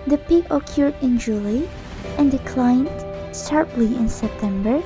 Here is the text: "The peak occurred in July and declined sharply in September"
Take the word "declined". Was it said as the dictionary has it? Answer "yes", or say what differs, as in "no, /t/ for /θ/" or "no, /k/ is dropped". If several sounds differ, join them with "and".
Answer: yes